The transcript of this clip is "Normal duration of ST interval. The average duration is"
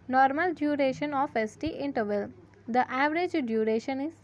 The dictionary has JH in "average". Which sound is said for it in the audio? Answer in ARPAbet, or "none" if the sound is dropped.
JH